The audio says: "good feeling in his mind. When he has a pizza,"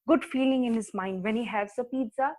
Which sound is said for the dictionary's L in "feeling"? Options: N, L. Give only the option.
L